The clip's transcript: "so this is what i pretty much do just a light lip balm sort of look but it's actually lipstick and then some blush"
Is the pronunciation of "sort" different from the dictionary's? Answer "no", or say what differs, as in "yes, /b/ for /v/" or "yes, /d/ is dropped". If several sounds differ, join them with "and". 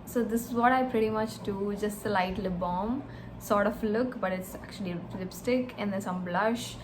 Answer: no